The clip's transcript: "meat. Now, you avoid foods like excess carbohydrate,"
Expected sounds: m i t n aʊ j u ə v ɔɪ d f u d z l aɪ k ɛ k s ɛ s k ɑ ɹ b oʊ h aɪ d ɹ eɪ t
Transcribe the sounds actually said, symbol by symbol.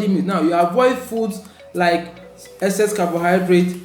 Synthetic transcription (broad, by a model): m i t n aʊ j u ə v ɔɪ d f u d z l aɪ k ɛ s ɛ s k ɑ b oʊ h aɪ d ɹ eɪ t